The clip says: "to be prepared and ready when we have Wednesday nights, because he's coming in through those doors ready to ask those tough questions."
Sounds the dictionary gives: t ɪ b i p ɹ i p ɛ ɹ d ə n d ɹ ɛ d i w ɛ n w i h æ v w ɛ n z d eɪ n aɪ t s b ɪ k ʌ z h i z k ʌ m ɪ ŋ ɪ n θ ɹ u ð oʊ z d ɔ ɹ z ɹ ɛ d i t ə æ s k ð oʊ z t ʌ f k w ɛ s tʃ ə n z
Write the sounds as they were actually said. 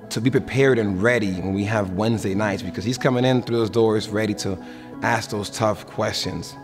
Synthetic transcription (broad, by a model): t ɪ b i p ɹ i p ɛ ɹ d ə n ɹ ɛ d i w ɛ n w i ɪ v w ɛ n z d eɪ n aɪ t s b ɪ k ʌ z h i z k ʌ m ɪ ŋ ɪ n θ ɹ u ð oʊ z d ɔ ɹ z ɹ ɛ d i t ə æ s k ð oʊ z t ʌ f k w ɛ s tʃ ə n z